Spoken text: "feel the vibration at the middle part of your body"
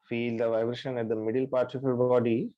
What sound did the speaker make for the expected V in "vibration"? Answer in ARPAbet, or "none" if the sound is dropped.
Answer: V